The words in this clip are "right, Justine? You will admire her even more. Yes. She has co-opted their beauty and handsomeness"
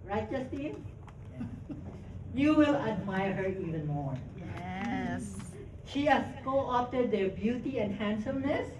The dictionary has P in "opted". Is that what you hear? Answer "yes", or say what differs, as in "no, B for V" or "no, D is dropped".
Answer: no, F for P